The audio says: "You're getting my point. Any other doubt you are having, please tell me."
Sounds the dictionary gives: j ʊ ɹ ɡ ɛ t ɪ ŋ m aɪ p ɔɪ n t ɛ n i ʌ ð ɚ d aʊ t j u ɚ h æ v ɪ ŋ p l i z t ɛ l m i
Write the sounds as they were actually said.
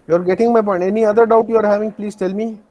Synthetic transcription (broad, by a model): j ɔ ɹ ɡ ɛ t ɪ ŋ m aɪ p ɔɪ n ɛ n i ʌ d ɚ d aʊ t j u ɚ h æ v ɪ ŋ p l i z t ɛ l m i